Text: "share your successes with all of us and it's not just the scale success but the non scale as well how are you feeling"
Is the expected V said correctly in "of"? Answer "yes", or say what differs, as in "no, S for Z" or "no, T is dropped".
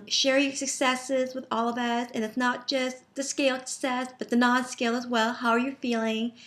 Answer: yes